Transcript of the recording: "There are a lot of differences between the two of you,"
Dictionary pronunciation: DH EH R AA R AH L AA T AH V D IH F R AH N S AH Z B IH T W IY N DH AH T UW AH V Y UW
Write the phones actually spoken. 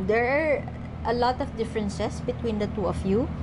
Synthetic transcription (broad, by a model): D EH R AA R AH L AA T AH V D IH F R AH N S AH S B IH T W IY N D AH T UW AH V Y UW